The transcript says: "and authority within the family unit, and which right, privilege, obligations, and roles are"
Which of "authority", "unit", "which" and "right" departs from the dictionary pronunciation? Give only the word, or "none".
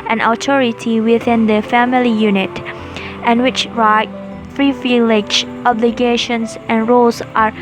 authority